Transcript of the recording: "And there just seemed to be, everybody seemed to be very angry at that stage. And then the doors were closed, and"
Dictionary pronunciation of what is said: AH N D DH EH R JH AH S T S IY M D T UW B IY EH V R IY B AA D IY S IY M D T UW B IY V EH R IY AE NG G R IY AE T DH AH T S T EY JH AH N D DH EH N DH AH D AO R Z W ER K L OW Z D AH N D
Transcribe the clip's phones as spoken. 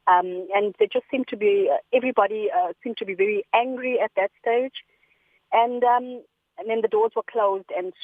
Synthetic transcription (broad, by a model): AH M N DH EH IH JH AH S T S IY M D T UW B IY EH V R IY B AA D IY S IY M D T UW B IY V EH R IY AE NG G R IY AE T DH AH T S T EY JH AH N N DH EH N DH AH D AO Z W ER K L OW Z D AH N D